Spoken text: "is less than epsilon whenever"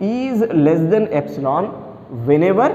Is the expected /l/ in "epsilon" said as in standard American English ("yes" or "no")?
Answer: yes